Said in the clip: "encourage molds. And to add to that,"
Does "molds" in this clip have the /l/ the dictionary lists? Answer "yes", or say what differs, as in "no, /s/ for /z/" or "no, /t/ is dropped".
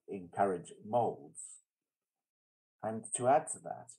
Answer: yes